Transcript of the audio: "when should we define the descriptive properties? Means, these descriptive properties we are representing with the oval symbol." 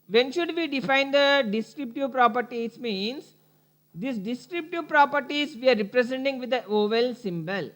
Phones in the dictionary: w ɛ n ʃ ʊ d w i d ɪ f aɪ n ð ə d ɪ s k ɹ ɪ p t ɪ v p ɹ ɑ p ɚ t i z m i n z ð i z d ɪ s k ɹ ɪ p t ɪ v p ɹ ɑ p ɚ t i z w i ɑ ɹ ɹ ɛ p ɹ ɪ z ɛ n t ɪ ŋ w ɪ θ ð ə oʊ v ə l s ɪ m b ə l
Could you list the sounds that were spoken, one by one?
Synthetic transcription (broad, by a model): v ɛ n ʃ ʊ d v i d ɪ f aɪ n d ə d ɪ s k ɹ ɪ p t ɪ v p ɹ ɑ p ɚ t i s m i n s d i s d ɪ s k ɹ ɪ p t ɪ v p ɹ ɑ p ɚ t i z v i ɑ ɹ ɹ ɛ p ɹ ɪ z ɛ n t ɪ ŋ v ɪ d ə oʊ v ə l s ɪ m b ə l